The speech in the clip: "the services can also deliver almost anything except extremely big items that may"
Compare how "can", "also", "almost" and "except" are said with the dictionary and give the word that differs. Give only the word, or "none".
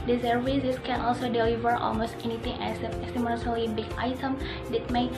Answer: except